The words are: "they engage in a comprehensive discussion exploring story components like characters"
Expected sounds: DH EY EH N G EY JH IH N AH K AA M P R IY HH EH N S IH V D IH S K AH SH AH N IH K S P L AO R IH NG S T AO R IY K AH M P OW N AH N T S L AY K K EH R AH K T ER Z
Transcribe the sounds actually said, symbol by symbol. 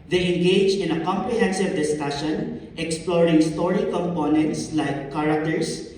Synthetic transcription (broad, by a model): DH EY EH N G EY JH IH N AH K AA M P R IY HH EH N S IH V D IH S K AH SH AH N IH K S P L AO R IH NG S T AO R IY K AH M P OW N AH N T S L AY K K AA R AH K T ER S